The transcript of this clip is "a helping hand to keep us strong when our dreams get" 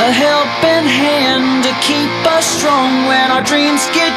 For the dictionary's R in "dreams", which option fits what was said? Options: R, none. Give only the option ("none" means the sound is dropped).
R